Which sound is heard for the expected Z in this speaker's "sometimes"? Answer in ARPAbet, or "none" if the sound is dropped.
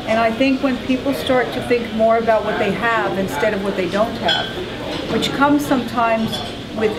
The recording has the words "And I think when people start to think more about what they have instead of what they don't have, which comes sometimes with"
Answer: Z